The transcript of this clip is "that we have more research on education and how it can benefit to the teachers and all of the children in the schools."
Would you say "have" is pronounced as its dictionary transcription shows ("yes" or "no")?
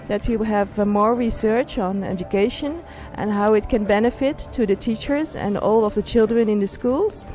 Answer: yes